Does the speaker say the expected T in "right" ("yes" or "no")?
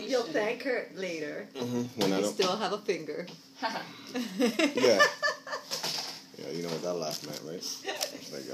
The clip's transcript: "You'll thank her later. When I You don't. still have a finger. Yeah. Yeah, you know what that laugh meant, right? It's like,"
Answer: no